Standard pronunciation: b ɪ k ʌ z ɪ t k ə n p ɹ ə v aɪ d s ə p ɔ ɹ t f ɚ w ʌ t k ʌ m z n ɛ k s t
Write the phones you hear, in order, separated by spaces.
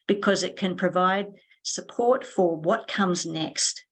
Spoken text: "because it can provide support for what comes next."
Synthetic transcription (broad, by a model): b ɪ k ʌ z ɪ t k ə n p ɹ ə v aɪ d s ə p ɔ ɹ t f ɚ w ʌ t k ʌ m z n ɛ k s t